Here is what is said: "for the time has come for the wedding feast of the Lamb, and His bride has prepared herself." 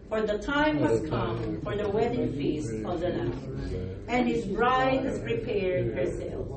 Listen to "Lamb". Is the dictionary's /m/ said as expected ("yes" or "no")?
no